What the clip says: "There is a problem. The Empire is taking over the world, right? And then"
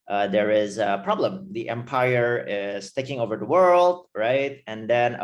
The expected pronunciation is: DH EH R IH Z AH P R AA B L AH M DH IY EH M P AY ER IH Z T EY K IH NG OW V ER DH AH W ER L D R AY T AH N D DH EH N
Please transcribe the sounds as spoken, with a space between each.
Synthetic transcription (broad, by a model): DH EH R IH Z AH P R AA B L AH M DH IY EH M P AY ER IH Z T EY K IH NG OW V ER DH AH W ER L D R AY T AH N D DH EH N